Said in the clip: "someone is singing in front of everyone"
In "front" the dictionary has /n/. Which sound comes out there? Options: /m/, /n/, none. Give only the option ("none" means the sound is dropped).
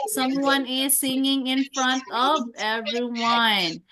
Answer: /n/